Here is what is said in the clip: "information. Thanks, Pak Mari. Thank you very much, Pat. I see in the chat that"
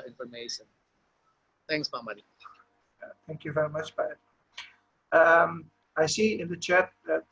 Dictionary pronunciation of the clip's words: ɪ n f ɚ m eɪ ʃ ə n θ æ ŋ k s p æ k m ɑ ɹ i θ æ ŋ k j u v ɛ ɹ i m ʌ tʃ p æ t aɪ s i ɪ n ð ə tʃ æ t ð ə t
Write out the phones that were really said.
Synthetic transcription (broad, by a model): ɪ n f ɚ m eɪ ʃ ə n θ æ ŋ k s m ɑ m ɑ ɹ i θ æ ŋ k j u v ɛ ɹ i m ʌ tʃ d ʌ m aɪ s i ɪ n ð ə tʃ æ t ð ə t